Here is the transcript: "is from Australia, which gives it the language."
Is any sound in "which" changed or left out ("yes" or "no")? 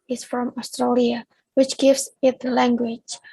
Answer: no